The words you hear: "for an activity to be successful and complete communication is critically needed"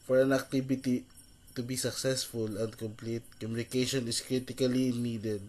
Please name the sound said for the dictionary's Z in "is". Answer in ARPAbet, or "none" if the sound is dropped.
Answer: S